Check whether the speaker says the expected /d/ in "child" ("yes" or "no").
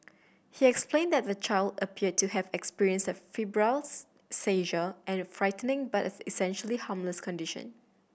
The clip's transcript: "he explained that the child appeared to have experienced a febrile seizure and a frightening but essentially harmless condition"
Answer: yes